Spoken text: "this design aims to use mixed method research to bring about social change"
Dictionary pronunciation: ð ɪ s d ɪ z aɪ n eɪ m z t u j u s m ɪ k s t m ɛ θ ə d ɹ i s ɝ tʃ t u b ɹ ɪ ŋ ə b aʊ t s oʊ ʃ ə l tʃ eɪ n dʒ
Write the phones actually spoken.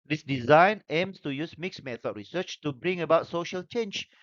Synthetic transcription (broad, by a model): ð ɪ s d ɪ z aɪ n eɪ m s t u j u s m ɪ k s m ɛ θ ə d ɹ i s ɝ tʃ t u b ɹ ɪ ŋ ə b aʊ t s oʊ ʃ ə l tʃ eɪ n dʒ